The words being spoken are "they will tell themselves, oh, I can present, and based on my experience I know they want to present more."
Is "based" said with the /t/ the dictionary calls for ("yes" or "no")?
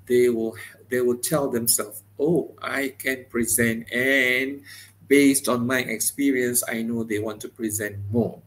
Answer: yes